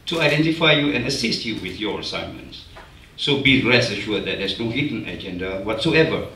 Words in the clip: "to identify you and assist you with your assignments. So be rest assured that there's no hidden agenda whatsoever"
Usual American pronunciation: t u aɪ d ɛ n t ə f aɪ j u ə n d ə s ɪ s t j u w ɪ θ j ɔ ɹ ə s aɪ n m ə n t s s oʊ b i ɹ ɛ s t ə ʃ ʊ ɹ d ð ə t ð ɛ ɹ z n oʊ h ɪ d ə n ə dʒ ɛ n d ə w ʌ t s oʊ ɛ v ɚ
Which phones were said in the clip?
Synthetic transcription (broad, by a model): t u aɪ d ɛ n t ə f aɪ j u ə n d ə s ɪ s t j u w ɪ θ j ɔ ɹ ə s aɪ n m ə n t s s oʊ b i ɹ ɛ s ə ʃ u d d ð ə t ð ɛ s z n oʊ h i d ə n ə dʒ ɛ n d ə w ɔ t s oʊ ɛ v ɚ